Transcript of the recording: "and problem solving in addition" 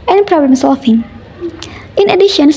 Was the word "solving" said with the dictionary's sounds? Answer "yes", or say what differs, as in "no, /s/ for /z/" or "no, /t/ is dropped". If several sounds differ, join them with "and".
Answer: no, /f/ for /v/